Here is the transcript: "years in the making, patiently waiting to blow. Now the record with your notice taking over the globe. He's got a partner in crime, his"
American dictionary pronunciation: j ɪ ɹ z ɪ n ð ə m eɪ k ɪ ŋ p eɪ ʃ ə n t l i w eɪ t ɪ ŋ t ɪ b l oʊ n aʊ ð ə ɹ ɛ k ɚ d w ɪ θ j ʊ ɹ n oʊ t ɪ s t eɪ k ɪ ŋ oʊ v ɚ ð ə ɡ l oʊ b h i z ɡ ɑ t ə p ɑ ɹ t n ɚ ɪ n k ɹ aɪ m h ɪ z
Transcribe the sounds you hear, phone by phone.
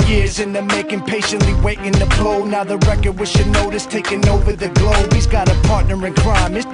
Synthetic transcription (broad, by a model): j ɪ ɹ z ɪ n ð ə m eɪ k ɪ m p eɪ ʃ ə n t l i w eɪ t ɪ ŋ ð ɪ b l oʊ n aʊ ð ə ɹ ɛ k ɚ d w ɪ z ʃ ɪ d n oʊ t ɪ s t eɪ k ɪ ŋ oʊ v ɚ ð ə ɡ l oʊ b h i z ɡ ɑ t ə p ɑ ɹ t n ɚ ɪ n k ɹ aɪ m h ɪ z